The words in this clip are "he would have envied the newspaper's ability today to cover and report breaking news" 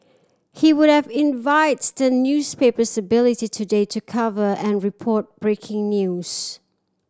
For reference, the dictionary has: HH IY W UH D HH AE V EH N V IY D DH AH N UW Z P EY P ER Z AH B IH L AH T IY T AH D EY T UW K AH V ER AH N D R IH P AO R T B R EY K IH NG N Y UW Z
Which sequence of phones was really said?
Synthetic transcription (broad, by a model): HH IY W UH D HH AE V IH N V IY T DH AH N UW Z P EY P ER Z AH B IH L AH T IY T AH D EY T UW K AH V ER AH N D R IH P AO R T B R EY K IH NG N Y UW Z